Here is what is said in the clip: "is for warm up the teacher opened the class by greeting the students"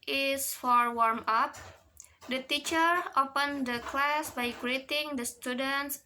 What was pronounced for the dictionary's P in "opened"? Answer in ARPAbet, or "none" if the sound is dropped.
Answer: P